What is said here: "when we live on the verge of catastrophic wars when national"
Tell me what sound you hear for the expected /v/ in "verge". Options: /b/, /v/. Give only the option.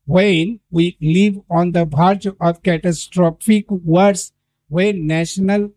/b/